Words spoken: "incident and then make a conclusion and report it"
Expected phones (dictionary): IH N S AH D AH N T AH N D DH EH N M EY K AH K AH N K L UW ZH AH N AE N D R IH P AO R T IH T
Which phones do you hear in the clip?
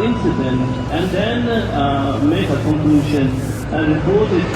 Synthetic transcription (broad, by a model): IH N S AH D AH N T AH N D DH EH N M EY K AH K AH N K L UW SH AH N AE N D R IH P AO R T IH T